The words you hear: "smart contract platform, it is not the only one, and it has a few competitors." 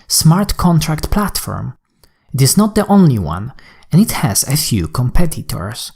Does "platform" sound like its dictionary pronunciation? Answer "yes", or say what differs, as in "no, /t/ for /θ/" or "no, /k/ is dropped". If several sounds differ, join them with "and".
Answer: yes